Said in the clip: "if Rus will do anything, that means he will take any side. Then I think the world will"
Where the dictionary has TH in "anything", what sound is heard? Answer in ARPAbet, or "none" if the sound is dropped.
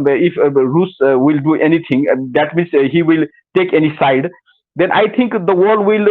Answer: T